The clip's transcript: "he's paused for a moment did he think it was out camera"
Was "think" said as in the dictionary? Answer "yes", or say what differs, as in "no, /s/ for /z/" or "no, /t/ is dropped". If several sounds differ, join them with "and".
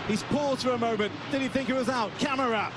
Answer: yes